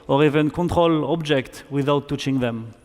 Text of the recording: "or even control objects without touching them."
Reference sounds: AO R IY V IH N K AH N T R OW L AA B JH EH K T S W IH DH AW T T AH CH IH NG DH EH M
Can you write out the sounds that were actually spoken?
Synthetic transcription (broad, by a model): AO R IY V IH N K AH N T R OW L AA B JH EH K T W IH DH AW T T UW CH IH NG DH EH M